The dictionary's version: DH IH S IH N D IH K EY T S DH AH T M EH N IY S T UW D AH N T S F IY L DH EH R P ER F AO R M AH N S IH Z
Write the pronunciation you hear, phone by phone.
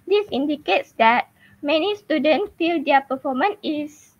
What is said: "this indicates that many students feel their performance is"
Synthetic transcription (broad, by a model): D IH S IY N D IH K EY T S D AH T M EH N IY S T UW D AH N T F IY L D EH P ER F AO M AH N IH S